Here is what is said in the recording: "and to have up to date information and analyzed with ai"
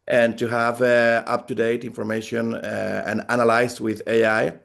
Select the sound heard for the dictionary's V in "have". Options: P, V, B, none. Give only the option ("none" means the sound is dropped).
V